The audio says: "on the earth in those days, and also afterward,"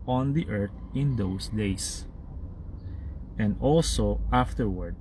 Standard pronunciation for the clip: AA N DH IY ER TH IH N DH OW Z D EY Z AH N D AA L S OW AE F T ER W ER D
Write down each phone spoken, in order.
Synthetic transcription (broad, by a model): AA N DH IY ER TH IH N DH OW S D EY S AH N D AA L S OW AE F T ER W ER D